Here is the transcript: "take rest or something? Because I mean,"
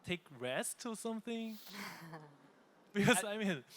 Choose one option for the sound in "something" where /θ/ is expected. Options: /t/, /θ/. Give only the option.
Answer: /θ/